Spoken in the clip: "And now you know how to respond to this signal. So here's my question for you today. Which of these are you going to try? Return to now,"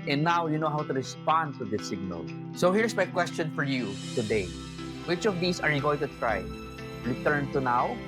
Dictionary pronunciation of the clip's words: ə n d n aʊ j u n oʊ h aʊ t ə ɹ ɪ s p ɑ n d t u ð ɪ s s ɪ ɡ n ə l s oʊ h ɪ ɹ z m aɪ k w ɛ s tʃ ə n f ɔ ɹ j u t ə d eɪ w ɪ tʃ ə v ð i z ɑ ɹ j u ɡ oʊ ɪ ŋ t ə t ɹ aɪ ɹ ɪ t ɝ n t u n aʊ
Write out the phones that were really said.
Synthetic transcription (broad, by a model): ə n n aʊ j u n oʊ h aʊ t ə ɹ ɪ s p ɑ n d t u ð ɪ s s ɪ ɡ n ə l s oʊ h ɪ ɹ s m aɪ k w ɛ s tʃ ə n f ɔ ɹ j u t ə d eɪ w ɪ tʃ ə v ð i s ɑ ɹ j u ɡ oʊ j t ə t ɹ aɪ ɹ ɪ t ɝ n t u n aʊ